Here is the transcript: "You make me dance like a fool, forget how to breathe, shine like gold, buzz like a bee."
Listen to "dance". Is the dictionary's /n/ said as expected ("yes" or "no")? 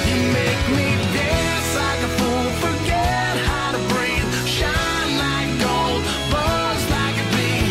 no